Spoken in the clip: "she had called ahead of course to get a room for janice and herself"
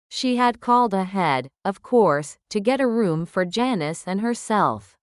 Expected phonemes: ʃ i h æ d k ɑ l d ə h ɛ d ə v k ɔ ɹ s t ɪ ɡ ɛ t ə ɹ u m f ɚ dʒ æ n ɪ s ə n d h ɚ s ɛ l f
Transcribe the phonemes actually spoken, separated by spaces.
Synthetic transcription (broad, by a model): ʃ i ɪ d k ɑ l d ə h ɛ d ə v k ɔ ɹ s t ɪ ɡ ɛ t ə ɹ u m f ɚ dʒ æ n ɪ s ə n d h ɚ s ɛ l f